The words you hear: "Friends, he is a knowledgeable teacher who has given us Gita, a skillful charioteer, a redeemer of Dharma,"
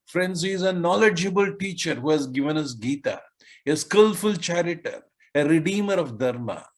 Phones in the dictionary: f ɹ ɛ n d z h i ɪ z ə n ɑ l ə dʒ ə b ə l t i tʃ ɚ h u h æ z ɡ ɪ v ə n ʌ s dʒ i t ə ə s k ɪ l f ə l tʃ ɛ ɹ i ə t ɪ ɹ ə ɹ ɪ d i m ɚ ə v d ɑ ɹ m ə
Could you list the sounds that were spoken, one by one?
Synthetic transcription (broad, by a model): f ɹ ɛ n d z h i ɪ z ə n ɑ l ə dʒ ə b ə l t i tʃ ɚ h u h æ z ɡ ɪ v ə n ʌ s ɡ i t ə ə s k ɪ l f ə l tʃ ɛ ɹ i t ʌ ɹ ə ɹ ɪ d i m ɚ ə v d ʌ ɹ m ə